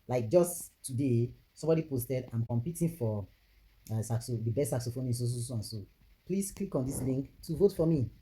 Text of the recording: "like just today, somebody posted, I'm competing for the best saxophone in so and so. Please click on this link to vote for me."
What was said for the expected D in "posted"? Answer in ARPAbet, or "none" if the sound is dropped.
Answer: D